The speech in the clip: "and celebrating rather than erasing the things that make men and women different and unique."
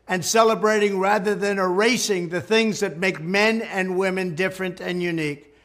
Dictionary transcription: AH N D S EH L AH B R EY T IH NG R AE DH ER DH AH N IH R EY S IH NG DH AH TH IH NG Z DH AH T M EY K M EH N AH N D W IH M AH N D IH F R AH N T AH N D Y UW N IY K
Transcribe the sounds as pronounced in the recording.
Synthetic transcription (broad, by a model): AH N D S EH L AH B R EY T IH NG R AE DH ER DH AH N IH R EY S IH NG DH AH TH IH NG Z DH AH T M EY K M EH N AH N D W IH M AH N D IH F R AH N T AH N Y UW N IY K